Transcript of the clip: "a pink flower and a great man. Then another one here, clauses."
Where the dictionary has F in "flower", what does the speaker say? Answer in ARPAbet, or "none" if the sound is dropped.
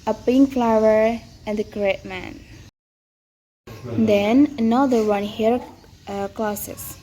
F